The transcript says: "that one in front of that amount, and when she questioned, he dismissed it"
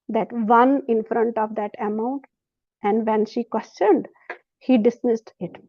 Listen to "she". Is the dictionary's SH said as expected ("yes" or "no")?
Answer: yes